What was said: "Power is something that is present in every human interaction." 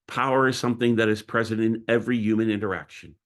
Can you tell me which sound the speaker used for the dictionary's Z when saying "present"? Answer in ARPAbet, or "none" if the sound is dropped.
Z